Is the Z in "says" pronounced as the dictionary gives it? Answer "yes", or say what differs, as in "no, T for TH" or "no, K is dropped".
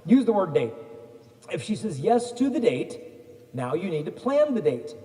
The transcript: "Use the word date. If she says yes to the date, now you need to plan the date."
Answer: yes